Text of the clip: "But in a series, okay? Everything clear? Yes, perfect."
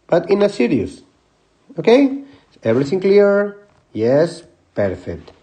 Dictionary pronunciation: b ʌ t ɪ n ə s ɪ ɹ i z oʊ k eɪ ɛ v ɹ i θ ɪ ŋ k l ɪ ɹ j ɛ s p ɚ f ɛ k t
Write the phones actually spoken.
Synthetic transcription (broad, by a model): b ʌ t ɪ n ə s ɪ ɹ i s oʊ k eɪ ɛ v ɹ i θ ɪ ŋ k l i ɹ j ɛ s p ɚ f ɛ k t